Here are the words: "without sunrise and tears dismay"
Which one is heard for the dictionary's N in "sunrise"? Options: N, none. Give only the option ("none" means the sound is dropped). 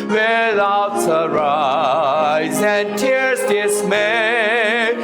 none